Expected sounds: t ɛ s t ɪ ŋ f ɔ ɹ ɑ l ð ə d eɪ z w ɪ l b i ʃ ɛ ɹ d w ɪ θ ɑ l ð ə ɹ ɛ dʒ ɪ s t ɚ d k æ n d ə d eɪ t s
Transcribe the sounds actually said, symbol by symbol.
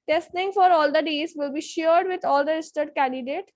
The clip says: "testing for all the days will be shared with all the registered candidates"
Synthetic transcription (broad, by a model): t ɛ s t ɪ ŋ f ɔ ɹ ɑ l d ə d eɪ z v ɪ l b i ʃ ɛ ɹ d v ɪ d ɑ l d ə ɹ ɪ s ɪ t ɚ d k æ n d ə d eɪ t